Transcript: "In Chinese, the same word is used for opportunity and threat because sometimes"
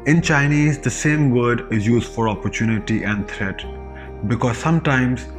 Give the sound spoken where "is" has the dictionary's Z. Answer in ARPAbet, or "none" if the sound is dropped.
Z